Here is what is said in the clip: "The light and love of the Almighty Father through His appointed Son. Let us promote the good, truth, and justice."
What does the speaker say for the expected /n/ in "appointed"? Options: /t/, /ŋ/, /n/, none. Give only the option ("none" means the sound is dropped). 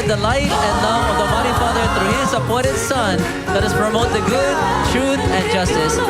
none